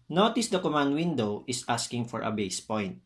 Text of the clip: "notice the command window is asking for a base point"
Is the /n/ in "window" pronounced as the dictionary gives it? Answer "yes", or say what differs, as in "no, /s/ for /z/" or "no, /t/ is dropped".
yes